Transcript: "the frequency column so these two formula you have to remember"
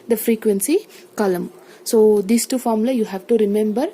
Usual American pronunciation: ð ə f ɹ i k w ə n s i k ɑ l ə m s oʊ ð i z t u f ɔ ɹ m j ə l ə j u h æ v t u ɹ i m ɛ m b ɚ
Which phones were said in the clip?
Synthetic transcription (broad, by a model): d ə f ɹ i k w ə n s i k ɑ l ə m s oʊ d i s t u f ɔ ɹ m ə l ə j u h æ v t u ɹ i m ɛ m b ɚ